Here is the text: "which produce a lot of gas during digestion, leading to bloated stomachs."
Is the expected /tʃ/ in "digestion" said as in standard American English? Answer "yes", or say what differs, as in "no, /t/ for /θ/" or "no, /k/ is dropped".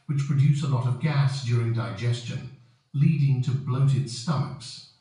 yes